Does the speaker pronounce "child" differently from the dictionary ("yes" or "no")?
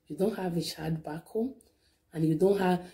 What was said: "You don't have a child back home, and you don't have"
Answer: yes